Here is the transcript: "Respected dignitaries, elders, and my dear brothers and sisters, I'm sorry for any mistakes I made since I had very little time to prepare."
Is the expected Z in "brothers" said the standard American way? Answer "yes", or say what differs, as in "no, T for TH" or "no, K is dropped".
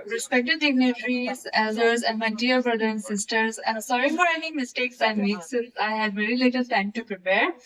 no, Z is dropped